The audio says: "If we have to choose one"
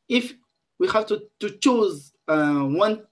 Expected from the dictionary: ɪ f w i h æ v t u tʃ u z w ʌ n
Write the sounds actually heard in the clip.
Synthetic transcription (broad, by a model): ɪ f w i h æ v t u tʃ u z w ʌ n